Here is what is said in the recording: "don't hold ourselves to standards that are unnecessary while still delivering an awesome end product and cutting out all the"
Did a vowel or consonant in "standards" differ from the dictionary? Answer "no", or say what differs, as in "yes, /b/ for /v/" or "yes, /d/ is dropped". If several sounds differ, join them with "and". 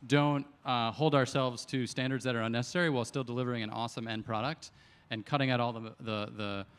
no